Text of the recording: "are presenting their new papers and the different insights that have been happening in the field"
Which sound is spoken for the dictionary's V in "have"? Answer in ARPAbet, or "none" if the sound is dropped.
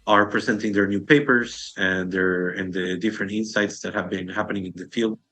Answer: V